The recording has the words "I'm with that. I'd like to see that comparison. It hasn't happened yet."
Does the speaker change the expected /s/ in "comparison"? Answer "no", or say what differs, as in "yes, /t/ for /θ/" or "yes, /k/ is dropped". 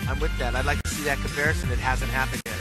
no